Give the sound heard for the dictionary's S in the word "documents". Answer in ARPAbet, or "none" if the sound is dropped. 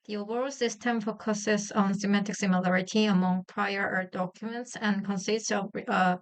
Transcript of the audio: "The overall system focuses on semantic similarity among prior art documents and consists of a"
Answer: S